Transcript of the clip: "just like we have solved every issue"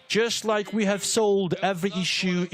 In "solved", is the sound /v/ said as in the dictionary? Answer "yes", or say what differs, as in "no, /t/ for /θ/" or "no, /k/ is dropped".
no, /v/ is dropped